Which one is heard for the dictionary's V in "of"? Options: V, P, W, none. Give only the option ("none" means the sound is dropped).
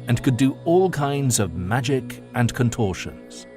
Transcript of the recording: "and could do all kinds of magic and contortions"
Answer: V